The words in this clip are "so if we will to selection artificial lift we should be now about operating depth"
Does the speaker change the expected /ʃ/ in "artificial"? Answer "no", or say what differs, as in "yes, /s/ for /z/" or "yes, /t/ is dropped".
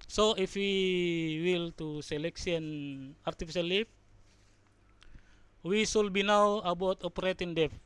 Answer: yes, /s/ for /ʃ/